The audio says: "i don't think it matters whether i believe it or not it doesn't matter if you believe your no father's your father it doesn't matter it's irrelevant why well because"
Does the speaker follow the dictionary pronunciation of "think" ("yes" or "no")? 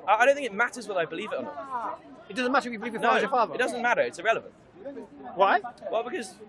yes